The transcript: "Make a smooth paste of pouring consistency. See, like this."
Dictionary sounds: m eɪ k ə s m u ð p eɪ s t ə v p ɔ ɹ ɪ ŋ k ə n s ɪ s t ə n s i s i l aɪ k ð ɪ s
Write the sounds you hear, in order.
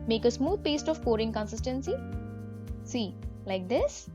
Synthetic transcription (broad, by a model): m eɪ k ə s m u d p eɪ s t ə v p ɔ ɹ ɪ ŋ k ə n s ɪ s t ə n s i s i l aɪ k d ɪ s